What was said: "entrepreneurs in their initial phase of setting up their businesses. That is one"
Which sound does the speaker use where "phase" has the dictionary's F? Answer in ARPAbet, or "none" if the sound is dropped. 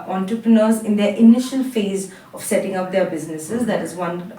F